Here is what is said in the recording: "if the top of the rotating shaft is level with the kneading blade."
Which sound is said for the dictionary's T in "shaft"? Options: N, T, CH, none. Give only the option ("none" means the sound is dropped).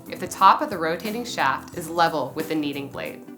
T